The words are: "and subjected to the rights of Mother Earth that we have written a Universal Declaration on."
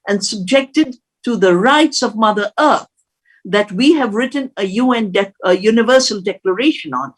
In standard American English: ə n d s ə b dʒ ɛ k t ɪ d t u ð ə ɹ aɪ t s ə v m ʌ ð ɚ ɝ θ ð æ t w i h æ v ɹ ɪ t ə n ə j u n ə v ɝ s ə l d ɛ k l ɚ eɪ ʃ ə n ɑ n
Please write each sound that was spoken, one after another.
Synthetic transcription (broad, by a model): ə n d s ə b dʒ ɛ k t ɪ d t u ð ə ɹ aɪ t s ə v m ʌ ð ɚ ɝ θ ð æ t w i h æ v ɹ ɪ t ə n ə j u n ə v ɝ s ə l d ɛ k l ɚ eɪ ʃ ə n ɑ n